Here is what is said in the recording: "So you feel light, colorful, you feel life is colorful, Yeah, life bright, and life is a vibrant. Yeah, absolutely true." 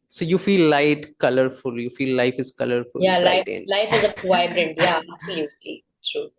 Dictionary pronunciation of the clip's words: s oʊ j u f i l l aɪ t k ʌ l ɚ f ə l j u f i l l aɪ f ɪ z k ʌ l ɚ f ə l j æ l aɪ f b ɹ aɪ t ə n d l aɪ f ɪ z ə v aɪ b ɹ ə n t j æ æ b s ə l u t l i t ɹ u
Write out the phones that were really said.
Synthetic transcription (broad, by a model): s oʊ j u f i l l aɪ t k ʌ l ɚ f ə l j u f i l l aɪ f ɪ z k ʌ l ɚ f ə l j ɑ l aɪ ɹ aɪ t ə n l aɪ f ɪ z ə p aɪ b ɹ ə n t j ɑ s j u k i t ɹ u